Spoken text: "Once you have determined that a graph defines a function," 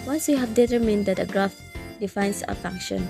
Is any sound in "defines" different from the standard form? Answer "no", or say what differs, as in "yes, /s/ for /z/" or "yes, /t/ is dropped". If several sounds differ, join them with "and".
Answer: yes, /s/ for /z/